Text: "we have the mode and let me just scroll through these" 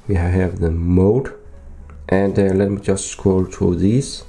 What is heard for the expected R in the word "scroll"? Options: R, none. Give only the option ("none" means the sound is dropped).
none